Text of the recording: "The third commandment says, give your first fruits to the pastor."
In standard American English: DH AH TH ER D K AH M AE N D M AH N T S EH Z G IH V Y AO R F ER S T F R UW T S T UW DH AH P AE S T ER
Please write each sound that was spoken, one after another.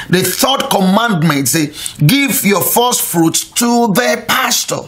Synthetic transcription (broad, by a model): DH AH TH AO D K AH M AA N D M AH N T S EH G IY V Y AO F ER S T F R UW T T UW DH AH P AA S T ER